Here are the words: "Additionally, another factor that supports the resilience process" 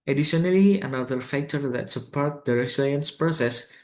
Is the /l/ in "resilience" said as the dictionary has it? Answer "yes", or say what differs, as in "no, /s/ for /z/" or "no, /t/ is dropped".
no, /l/ is dropped